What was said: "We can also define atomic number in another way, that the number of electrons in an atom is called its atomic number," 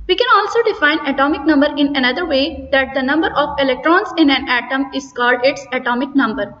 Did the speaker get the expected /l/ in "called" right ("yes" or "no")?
yes